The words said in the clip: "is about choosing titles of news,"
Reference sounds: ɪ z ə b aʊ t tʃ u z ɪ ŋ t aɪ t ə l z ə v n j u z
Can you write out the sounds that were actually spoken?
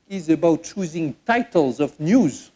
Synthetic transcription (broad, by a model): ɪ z ə b aʊ t tʃ u z ɪ ŋ t aɪ t ə l z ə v n j u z